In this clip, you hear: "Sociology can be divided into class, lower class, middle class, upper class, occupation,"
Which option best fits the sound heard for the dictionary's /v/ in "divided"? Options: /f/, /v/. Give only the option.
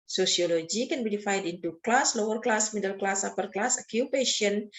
/f/